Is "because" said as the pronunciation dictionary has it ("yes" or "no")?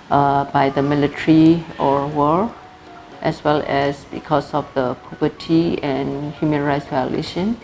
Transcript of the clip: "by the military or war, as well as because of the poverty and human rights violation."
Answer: no